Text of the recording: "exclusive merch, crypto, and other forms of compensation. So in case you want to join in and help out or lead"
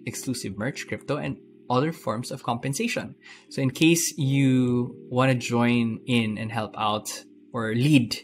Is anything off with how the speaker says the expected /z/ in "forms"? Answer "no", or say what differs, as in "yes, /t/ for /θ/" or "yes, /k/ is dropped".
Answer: yes, /s/ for /z/